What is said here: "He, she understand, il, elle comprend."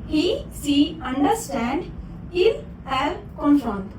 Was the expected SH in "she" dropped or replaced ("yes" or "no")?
yes